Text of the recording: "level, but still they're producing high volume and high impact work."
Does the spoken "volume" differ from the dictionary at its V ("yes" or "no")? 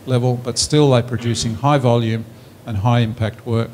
no